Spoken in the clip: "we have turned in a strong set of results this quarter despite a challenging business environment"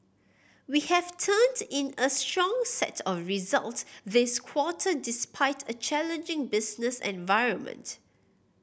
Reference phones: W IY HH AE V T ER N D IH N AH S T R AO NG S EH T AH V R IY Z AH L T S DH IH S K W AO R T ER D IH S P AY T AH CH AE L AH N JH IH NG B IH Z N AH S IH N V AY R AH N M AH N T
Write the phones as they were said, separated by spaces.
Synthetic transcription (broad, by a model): W IY HH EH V T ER N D IH N AH S T R AO NG S EH T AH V R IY Z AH L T S DH IH S K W AO T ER D IH S P AY T AH CH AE L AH N JH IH NG B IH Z N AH S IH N V AY R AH N M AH N T